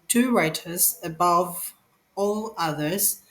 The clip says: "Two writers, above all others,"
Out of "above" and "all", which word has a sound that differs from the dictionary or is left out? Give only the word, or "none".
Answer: none